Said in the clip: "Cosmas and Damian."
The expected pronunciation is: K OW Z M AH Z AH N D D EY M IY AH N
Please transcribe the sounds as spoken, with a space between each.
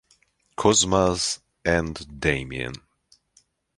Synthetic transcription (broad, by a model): K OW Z M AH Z AH N D D EY M IY AH N